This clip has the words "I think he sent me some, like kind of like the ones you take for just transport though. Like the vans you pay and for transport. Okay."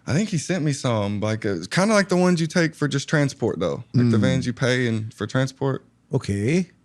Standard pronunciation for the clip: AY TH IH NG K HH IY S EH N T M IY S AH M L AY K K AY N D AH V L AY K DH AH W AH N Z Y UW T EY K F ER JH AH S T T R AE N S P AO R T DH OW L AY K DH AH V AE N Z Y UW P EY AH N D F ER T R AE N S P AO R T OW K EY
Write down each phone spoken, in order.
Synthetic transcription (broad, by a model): AY TH IH NG K HH IY S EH N M IY S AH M L AY K K AY N D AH L AY K DH AH W AH N Z Y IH T EY K F ER JH AH S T T R AE N S P AO R T DH OW L AY K DH AH V AE N Z Y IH P EY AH N F ER T R AE N S P AO R T OW K EY